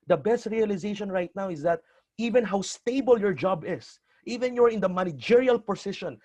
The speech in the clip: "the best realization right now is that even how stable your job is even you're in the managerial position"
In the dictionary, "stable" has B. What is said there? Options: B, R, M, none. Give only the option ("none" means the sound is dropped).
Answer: B